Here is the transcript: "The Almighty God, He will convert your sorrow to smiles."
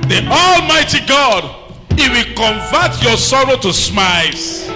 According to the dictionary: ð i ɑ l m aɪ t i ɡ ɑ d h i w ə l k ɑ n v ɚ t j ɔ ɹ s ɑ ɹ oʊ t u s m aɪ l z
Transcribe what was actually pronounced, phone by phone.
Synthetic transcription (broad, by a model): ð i ɑ l m aɪ t i ɡ ɑ d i w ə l k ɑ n v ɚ t j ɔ s ɑ ɹ oʊ t u s m aɪ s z